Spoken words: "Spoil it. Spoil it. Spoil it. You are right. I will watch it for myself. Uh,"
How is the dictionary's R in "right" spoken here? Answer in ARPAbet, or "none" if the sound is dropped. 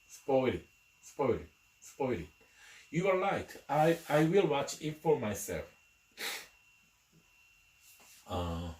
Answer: L